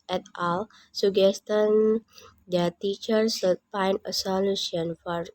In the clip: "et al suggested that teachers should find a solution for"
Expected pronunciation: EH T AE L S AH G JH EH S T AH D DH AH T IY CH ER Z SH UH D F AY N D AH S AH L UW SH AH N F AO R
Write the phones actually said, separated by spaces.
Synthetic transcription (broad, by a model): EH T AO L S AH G EH S T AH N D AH T IY CH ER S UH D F AY N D AH S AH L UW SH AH N F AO R